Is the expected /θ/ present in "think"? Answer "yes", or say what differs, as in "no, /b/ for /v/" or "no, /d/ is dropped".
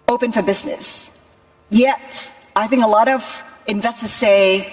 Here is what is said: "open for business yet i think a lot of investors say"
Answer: yes